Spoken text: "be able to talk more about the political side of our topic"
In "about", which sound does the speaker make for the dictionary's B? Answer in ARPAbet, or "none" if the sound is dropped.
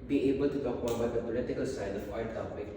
none